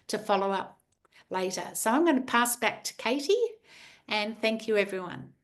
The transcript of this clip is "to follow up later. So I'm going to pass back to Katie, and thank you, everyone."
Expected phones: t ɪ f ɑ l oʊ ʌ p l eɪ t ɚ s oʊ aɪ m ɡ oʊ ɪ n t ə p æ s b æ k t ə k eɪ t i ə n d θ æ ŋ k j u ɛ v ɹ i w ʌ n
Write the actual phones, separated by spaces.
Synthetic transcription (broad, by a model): t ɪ f ɑ l oʊ ʌ p l eɪ t ɚ s oʊ aɪ m ɡ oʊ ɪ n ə p æ s b æ k t ə k eɪ t i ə n θ æ ŋ k j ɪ ɛ v ɹ i w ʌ n